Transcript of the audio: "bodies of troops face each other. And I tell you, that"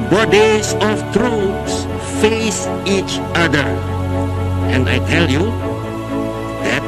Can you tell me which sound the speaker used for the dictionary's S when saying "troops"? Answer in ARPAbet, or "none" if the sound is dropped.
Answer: S